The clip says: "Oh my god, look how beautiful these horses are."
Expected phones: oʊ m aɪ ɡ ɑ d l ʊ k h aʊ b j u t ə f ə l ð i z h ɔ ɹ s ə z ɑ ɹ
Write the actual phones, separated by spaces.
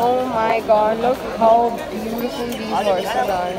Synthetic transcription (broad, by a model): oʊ m aɪ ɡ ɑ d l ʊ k h aʊ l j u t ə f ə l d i h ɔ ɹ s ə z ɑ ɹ